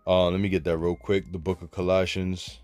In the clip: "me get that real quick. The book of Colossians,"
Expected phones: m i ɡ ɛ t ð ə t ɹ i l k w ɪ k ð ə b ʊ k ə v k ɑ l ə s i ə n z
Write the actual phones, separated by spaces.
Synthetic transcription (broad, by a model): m i ɡ ɛ t ð ə t ɹ i l k w ɪ k ð ə b ʊ k ə v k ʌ l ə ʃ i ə n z